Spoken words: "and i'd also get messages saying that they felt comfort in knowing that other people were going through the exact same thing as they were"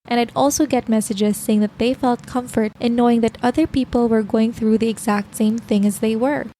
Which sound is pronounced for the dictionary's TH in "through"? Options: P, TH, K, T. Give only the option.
TH